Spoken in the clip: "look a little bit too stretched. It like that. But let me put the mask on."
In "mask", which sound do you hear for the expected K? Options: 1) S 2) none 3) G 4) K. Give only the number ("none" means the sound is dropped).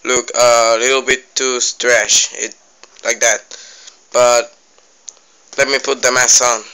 2